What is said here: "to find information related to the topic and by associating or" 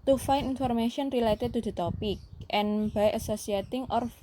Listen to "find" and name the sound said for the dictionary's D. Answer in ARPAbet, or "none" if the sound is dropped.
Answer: none